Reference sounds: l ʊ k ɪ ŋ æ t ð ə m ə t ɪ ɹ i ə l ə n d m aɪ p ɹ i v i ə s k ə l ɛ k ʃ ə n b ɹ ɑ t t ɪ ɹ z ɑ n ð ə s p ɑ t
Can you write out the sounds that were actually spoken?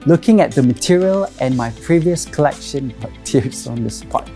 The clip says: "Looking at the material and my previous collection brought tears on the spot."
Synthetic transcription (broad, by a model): l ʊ k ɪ ŋ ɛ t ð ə m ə t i ɹ i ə l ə n m aɪ p ɹ i v i ə s k ə l ɛ k ʃ ə n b ɑ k t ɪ ɹ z ɑ n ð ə s p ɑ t